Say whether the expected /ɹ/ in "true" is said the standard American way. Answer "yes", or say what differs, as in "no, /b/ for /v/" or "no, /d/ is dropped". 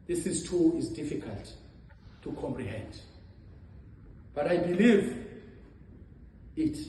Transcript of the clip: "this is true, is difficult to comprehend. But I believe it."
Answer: no, /ɹ/ is dropped